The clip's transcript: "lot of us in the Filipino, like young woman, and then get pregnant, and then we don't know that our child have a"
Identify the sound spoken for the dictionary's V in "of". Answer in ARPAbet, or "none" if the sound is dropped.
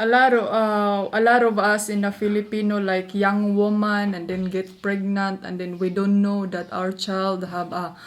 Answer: B